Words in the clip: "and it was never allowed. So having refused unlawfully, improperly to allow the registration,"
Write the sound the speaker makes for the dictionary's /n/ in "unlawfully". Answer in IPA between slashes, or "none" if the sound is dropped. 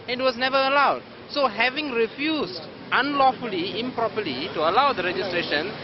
/n/